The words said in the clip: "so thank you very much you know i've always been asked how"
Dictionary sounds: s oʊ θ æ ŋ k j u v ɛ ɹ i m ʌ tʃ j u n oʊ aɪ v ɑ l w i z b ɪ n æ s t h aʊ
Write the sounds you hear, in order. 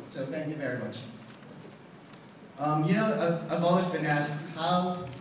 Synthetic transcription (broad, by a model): s oʊ θ æ ŋ k j u v ɛ ɹ i m ʌ tʃ j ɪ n oʊ aɪ v ɑ l w i z b ɪ n æ s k h aʊ